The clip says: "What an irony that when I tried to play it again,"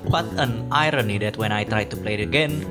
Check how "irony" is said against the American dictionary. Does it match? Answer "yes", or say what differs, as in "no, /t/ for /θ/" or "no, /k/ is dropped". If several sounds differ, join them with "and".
yes